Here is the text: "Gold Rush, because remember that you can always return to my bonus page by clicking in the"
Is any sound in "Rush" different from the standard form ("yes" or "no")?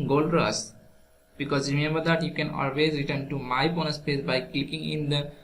yes